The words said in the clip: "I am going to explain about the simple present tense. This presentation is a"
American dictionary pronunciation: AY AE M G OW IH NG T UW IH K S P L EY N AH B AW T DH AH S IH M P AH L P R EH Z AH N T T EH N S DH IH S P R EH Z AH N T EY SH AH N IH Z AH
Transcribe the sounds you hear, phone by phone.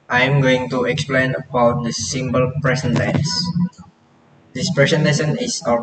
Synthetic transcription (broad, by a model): AY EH M G OW IH NG T UW IH K S P L EY N AH B AW T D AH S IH M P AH L P R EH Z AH N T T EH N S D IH S P R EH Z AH N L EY S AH N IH S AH